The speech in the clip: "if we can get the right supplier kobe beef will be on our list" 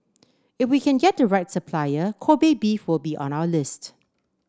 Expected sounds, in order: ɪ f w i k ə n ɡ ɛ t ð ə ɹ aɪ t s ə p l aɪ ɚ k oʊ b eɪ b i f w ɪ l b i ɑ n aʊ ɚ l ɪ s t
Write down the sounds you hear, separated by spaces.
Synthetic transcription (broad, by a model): ɪ f w i k ə n ɡ ɛ t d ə ɹ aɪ t s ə p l aɪ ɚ k oʊ b eɪ b i f w ɪ l b i ɑ n aʊ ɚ l ɪ s t